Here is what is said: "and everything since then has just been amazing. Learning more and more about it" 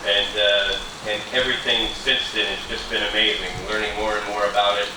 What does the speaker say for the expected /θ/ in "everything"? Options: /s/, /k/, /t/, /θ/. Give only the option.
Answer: /θ/